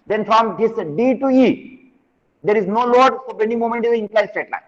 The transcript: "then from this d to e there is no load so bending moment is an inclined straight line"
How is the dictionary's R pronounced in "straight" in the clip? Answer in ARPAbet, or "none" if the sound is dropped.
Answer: none